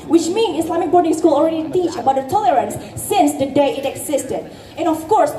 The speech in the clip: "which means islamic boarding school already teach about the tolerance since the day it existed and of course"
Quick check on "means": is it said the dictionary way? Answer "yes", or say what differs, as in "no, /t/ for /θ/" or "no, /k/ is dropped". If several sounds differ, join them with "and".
no, /z/ is dropped